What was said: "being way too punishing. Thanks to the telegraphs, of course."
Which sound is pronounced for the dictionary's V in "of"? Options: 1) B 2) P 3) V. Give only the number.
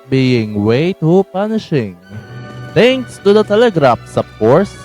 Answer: 2